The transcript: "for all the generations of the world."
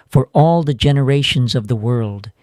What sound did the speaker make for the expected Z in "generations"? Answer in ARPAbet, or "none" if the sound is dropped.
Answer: Z